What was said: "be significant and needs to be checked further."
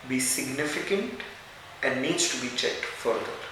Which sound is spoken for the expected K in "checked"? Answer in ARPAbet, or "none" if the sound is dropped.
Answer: K